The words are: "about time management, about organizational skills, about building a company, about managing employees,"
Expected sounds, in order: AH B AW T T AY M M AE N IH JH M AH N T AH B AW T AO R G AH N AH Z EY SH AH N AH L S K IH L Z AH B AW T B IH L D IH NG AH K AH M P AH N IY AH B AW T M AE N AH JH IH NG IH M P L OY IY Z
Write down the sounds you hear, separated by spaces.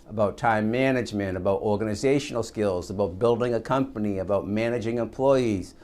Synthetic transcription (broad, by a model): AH B AW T T AY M M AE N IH JH M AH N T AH B AW T AO R G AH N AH Z EY SH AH N L S K IH L Z AH B AW T B IH L D IH NG AH K AH M P AH N IY AH B AW T M AE N AH JH IH NG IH M P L OY IY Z